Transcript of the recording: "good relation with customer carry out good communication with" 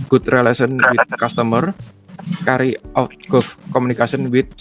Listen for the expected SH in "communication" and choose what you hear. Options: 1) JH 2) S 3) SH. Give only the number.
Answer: 2